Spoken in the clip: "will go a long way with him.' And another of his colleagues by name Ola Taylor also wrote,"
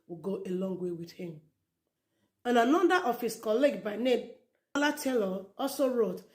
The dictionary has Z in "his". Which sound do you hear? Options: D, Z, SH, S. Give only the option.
S